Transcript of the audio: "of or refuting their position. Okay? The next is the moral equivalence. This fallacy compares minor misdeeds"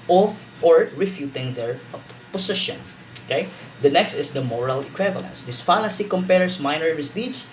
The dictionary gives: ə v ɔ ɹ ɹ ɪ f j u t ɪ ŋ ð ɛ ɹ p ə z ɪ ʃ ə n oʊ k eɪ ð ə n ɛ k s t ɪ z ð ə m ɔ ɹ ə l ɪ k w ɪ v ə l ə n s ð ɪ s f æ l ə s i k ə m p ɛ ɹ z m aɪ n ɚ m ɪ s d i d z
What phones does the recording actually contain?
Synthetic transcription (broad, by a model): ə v ɔ ɹ ɹ ɪ f j u t ɪ ŋ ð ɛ ɹ p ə s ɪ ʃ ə n oʊ k eɪ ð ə n ɛ k s t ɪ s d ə m ɔ ɹ ə l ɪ k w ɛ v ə l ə n s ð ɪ s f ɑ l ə s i k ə m p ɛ ɹ s m aɪ n ɚ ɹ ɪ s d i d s